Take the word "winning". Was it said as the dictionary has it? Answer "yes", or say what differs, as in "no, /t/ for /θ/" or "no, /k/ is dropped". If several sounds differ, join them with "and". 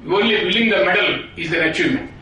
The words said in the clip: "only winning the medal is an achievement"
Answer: no, /l/ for /n/